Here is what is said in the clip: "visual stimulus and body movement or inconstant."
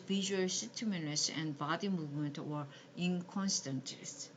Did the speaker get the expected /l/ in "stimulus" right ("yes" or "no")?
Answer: no